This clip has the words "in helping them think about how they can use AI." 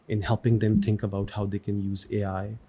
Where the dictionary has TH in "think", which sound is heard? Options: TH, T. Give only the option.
TH